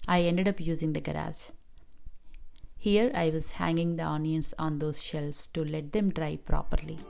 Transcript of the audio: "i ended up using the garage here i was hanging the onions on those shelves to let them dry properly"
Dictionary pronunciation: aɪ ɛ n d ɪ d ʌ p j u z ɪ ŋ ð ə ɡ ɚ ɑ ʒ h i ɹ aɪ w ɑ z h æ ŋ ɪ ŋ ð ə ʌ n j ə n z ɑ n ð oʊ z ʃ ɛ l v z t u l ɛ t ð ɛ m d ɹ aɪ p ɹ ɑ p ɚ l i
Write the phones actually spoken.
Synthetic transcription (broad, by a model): aɪ ɛ n d ɪ d ʌ p j u z ɪ ŋ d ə ɡ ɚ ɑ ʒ h i ɹ aɪ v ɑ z h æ ŋ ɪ ŋ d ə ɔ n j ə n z ɑ n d oʊ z ʃ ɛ l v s t u l ɛ t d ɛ m d ɹ aɪ p ɹ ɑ p ɚ l i